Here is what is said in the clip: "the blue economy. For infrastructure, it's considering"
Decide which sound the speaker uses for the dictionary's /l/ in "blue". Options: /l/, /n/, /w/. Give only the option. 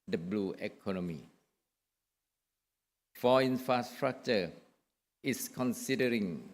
/l/